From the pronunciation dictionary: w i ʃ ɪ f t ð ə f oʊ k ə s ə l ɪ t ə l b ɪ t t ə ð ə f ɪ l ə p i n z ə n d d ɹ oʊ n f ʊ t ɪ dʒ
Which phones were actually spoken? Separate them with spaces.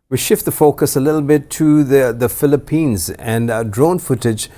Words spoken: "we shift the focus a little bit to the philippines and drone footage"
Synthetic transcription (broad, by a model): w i ʃ ɪ f t ð ə f oʊ k ə s ə l ɪ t l b ɪ t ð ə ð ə f ɪ l ə p i n z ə n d d ɹ oʊ n f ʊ t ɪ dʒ